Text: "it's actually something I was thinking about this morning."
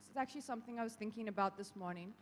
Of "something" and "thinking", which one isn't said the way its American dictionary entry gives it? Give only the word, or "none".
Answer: none